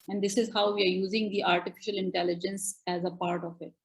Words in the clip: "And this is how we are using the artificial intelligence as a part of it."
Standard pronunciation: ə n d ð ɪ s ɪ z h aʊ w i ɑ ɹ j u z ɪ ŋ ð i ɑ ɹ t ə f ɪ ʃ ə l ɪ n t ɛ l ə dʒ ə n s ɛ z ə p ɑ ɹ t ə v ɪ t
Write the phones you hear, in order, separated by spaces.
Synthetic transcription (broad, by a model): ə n d ɪ s ɪ z h aʊ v i ɑ ɹ j u z ɪ ŋ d i ɑ ɹ t ə f ɪ ʃ ə l ɪ n t ɛ l ə dʒ ə n s ɛ z ə p ɑ ɹ t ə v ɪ t